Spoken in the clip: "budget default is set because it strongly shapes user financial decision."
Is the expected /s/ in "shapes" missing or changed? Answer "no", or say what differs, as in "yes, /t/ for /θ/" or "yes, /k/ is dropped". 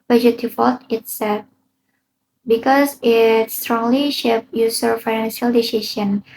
yes, /s/ is dropped